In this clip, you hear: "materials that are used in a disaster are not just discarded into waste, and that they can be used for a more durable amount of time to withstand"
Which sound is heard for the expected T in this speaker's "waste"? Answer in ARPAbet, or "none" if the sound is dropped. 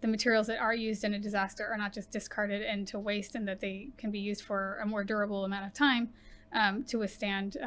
T